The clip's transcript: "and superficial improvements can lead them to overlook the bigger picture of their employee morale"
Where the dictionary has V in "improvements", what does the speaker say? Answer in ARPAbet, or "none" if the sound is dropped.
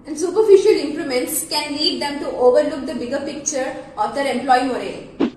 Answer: none